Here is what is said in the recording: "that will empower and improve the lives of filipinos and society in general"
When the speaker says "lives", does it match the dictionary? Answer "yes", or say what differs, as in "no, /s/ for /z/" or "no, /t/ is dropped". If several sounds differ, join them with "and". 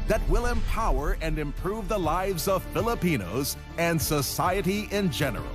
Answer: yes